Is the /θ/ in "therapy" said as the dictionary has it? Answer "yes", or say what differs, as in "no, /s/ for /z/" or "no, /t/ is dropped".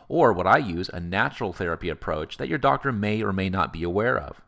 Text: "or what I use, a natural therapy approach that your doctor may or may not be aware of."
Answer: yes